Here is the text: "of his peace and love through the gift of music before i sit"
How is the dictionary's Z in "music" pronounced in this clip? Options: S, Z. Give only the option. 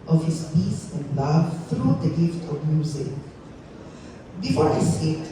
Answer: Z